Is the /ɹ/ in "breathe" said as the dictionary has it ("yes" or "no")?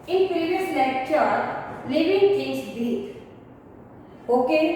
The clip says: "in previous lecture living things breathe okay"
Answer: no